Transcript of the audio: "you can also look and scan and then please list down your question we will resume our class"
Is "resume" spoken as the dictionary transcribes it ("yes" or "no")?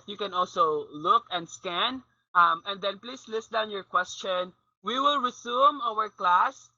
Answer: no